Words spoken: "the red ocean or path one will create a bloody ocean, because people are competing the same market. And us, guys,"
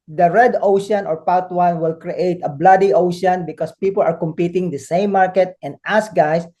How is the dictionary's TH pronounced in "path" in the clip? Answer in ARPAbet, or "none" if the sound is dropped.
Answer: T